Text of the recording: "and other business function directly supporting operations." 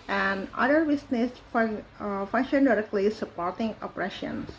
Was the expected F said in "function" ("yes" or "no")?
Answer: yes